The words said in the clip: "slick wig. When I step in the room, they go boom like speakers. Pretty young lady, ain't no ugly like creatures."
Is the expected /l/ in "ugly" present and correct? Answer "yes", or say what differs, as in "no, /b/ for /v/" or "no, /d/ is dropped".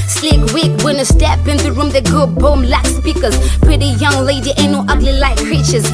yes